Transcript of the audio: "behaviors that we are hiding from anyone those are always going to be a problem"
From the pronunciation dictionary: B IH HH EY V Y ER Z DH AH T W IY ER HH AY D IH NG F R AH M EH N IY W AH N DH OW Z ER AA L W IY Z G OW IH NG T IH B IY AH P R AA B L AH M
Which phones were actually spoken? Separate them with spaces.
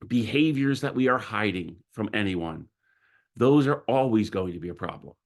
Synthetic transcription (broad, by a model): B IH HH EY V Y ER Z DH AH T W IY ER HH AY D IH NG F R AH M EH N IY W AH N DH OW Z ER AA L W IY Z G OW IH NG T IH B IY AH P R AA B L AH M